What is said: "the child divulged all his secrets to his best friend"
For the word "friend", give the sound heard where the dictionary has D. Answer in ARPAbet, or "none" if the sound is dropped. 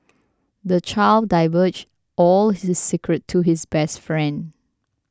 D